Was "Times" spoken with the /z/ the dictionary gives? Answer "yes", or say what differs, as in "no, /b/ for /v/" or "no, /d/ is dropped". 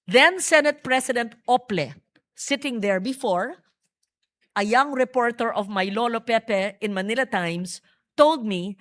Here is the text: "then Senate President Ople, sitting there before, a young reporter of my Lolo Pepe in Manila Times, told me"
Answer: no, /s/ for /z/